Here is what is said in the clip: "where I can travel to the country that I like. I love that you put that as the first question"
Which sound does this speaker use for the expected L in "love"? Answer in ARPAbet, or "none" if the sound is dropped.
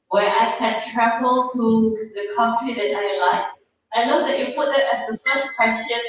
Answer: N